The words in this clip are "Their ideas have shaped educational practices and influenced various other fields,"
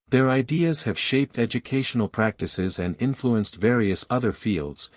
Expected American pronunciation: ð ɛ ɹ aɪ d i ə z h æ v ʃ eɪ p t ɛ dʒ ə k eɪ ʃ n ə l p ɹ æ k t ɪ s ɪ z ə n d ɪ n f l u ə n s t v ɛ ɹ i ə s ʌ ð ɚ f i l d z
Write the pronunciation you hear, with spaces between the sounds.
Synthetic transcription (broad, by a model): ð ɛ ɹ aɪ d i ə z h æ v ʃ eɪ p t ɛ dʒ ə k eɪ ʃ n l p ɹ æ k t ɪ s ɪ z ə n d ɪ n f l u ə n s t v ɛ ɹ i ə s ʌ ð ɚ f i l d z